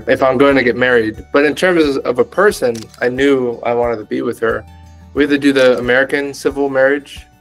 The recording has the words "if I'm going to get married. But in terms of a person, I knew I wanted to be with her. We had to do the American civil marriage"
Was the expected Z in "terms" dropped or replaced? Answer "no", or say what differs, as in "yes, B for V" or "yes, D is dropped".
no